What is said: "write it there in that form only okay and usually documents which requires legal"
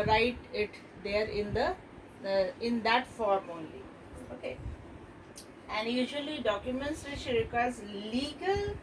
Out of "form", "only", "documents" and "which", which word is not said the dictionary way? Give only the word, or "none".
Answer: which